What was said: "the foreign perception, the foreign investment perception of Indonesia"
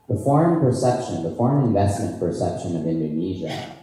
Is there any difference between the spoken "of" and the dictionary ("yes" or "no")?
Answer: no